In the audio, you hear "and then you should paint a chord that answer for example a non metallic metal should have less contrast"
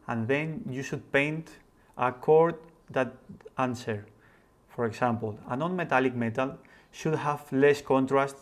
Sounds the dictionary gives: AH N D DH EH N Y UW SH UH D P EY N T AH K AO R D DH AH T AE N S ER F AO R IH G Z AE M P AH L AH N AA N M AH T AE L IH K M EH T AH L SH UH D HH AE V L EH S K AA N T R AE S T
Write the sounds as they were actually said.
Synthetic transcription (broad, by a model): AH N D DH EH N Y UW SH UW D P EY N T AH K AO R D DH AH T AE N S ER F AO R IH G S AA M P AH L AH N AA N M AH T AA L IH K M EH T AH L SH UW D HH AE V L EH S K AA N T R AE S T